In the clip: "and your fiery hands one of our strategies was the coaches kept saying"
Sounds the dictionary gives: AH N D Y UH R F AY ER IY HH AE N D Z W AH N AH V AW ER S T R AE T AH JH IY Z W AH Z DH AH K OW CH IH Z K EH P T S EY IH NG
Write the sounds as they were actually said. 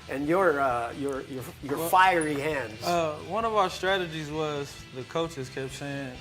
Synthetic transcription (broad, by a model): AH N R Y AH R F AY ER IY HH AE N D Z W AH N AH V AW ER S T R AE T AH JH IY Z W AH Z DH AH K OW CH IH Z K EH P T S EY IH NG